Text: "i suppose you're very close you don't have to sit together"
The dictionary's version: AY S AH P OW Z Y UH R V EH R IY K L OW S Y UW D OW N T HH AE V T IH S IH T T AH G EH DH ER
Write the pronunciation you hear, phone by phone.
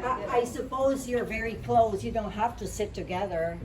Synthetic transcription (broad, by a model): AY S AH P OW Z Y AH R V EH R IY K L OW S Y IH D OW N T HH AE F T IH S IH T T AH G EH DH ER